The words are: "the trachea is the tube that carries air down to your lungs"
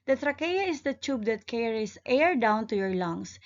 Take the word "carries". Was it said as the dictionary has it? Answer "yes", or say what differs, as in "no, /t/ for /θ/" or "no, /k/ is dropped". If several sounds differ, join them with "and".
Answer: no, /s/ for /z/